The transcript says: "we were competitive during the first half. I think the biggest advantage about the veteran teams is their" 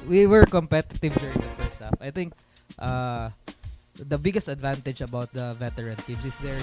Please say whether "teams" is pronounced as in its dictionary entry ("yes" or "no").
no